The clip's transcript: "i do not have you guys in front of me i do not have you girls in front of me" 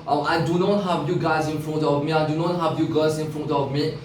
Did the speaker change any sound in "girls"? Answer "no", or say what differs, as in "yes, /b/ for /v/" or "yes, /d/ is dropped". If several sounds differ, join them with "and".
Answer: yes, /l/ is dropped